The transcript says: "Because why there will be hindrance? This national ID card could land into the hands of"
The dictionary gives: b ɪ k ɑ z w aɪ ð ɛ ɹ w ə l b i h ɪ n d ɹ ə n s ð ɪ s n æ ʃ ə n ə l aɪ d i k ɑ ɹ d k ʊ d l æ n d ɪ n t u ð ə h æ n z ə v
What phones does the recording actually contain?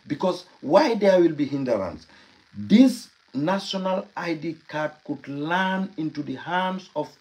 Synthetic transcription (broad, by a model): b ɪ k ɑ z w aɪ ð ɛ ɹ w ə l b i h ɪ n d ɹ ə n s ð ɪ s n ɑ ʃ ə n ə l aɪ d i k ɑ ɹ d k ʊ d l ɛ n ɪ n t u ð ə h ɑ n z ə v